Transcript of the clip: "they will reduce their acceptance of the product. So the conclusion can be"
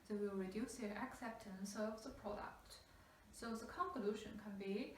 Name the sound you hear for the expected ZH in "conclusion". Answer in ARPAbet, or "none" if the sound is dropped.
SH